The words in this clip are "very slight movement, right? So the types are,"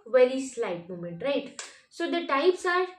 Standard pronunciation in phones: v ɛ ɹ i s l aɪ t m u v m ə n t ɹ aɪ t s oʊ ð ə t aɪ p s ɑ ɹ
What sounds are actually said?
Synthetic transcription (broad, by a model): v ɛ ɹ i s l aɪ t m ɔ m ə n t ɹ aɪ t s oʊ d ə t aɪ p s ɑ ɹ